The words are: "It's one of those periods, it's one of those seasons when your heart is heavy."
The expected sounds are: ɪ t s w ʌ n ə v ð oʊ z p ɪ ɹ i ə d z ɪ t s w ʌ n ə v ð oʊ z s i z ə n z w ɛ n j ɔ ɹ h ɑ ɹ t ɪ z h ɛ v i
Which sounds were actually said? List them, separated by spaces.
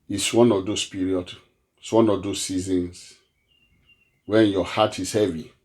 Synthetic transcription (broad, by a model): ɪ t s w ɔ n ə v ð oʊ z p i ɹ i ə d ɪ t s w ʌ n ə v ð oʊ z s i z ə n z w ɛ n j ɔ h ɑ t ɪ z h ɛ v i